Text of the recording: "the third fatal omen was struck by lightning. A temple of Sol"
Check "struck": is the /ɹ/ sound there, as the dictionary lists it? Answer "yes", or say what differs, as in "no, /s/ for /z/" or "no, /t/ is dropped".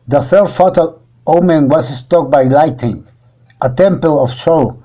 no, /ɹ/ is dropped